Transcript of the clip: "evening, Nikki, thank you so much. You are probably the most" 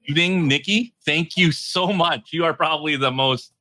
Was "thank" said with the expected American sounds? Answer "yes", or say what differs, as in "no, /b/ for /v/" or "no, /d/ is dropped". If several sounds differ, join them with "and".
yes